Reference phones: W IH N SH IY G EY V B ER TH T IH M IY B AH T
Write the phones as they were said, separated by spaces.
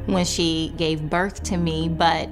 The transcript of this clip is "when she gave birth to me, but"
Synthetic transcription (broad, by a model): W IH N SH IY G EY V B ER TH T IH M IY B AH T